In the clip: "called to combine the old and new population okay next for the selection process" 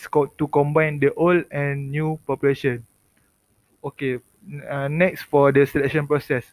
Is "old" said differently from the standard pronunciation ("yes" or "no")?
yes